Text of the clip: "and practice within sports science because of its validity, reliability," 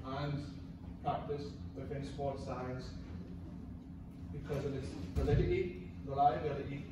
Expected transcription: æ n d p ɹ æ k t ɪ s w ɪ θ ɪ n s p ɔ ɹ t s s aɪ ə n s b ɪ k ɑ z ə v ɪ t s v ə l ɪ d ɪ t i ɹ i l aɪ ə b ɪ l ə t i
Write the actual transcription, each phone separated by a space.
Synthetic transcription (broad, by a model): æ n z p ɹ æ k t ɪ s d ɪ f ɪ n s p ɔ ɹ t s s aɪ ə n s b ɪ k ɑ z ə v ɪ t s p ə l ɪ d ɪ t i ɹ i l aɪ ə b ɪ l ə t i